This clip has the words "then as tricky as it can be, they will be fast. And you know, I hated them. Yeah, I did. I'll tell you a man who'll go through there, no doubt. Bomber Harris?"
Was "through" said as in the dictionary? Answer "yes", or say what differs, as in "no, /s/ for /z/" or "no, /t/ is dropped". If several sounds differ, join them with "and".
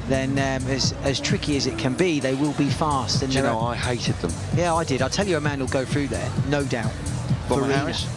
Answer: yes